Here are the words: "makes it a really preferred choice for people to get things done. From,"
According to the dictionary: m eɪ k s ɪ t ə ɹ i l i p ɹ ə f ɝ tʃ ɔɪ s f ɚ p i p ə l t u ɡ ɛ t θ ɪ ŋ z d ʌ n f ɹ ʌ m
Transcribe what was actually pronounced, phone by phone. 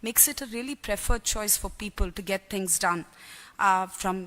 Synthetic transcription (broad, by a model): m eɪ k s ɪ t ə ɹ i l i p ɹ ə f ɝ tʃ ɔɪ s f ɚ p i p ə l t u ɡ ɛ t t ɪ ŋ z d ʌ n f ɹ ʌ m